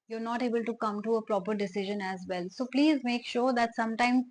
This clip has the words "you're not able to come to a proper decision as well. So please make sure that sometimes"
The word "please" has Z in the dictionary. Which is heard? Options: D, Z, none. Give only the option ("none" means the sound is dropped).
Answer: Z